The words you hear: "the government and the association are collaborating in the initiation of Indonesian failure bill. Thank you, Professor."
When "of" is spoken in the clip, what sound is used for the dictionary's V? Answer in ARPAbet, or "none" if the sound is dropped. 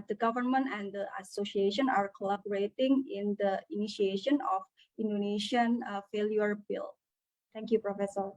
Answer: F